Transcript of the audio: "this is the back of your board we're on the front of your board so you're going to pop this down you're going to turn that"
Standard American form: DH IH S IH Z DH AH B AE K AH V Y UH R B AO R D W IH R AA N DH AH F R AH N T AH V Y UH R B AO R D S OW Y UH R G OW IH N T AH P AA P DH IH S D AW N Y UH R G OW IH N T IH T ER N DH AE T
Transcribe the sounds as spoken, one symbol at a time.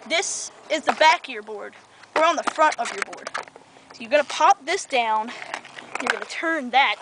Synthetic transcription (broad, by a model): DH IH S IH Z DH AH B AE K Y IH R B AO R D W IH R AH N DH AH F R AH N T AH V Y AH R B AO R D S OW Y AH R G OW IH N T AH P AA P DH IH S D AW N Y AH R G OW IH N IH T ER N DH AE T